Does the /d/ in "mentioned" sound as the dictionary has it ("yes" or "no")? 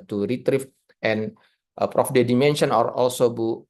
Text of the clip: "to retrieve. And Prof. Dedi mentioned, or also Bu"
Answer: no